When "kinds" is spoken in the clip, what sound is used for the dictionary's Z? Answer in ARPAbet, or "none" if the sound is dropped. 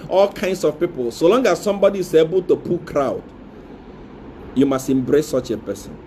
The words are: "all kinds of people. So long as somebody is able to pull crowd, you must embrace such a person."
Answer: S